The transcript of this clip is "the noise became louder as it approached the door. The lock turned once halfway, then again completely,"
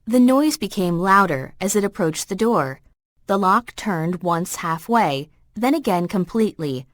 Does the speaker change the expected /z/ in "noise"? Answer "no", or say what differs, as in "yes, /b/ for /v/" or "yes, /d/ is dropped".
no